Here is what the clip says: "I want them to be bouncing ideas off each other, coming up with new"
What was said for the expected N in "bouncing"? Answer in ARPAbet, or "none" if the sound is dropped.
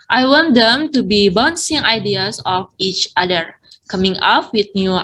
N